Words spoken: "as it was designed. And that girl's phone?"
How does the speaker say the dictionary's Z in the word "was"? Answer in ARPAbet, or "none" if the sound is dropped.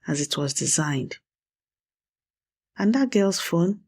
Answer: Z